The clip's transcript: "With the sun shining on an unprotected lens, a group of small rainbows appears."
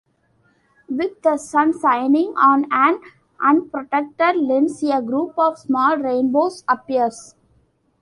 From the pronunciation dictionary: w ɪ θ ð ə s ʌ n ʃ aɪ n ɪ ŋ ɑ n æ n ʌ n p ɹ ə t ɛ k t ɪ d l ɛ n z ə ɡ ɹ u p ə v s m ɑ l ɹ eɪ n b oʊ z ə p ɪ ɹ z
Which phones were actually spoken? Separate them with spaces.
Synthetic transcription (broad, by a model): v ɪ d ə s ʌ n s aɪ n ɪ ŋ ɑ n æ n ʌ n p ɹ ə t ɛ k t ɪ d l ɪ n s ə ɡ ɹ u p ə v s m ɑ l ɹ eɪ n b oʊ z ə p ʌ ɹ s